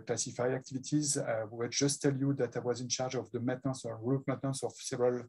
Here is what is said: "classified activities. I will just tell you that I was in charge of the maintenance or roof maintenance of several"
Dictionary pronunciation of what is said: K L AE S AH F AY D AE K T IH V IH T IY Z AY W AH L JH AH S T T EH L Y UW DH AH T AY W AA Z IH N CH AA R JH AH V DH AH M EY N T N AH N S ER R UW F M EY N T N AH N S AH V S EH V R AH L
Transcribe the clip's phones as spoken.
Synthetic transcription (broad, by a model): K L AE S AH F AY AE K T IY V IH T IY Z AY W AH W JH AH S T T EH L Y UW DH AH T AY W AA Z IH N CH AA R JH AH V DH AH M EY T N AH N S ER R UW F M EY T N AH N S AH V S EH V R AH L